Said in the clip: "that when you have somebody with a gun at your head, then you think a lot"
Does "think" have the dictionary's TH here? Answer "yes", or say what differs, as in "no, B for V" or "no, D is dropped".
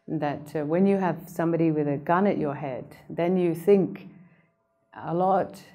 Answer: yes